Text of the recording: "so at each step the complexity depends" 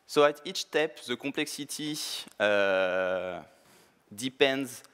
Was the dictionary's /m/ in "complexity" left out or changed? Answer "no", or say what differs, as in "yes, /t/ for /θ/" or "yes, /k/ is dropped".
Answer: yes, /m/ is dropped